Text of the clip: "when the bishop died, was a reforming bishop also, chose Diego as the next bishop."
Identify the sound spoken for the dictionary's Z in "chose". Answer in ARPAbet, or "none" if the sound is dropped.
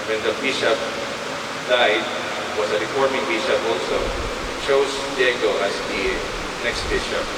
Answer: S